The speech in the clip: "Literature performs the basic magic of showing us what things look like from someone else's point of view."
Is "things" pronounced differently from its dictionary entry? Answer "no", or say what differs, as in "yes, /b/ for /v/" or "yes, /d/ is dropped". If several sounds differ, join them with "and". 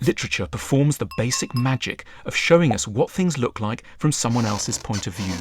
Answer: no